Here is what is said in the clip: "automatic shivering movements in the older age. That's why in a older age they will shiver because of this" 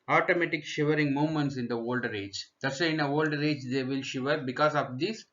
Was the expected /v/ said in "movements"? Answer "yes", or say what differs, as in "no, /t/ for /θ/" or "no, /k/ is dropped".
no, /v/ is dropped